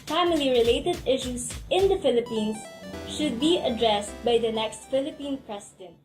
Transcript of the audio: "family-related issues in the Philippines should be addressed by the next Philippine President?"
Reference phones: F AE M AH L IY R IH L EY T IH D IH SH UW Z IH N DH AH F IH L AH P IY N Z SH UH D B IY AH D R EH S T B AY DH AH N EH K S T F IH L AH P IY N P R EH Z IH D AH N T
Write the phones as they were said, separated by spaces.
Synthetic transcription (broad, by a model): F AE M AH L IY R IH L EY T IH D IH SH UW S IH N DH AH F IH L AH P IY N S SH UH D B IY AH D R EH S T B AY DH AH N EH K S T F IH L AH P IY N P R EH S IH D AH N T